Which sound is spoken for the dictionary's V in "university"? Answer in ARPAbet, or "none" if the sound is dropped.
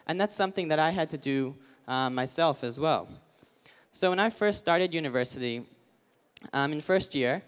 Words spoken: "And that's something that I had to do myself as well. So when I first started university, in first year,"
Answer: V